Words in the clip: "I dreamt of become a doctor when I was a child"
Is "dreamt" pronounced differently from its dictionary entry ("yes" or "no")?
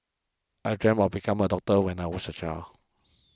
yes